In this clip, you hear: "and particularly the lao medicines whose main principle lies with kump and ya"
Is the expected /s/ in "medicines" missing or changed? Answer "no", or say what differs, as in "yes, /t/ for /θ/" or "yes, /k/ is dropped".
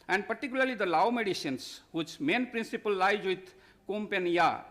yes, /ʃ/ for /s/